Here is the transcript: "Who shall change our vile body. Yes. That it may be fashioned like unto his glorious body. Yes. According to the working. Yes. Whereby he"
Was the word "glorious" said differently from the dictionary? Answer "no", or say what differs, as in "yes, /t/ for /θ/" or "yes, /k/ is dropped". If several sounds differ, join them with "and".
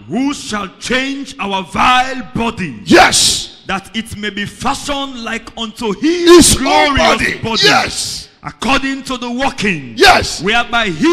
yes, /s/ is dropped